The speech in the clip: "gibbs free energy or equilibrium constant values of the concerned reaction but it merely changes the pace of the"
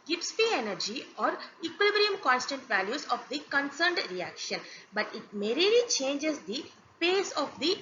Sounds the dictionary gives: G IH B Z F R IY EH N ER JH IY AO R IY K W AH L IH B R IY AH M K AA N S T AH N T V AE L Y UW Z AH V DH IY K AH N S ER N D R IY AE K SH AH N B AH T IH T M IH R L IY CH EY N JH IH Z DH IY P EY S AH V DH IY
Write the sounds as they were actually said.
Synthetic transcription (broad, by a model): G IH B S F IY EH N ER JH IY AO R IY K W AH L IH B R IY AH M K AA N S T AH N T V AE L Y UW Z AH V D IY K AH N S ER N D R IY AE K SH AH N B AH T IH T M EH R L IY CH EY N JH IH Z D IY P EY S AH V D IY